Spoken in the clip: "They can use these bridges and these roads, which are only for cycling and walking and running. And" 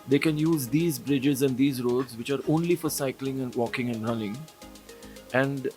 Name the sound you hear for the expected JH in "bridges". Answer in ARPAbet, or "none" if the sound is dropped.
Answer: JH